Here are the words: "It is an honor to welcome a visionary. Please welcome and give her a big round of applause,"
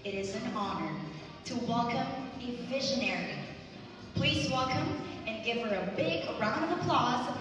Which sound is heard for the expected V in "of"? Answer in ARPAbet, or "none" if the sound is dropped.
V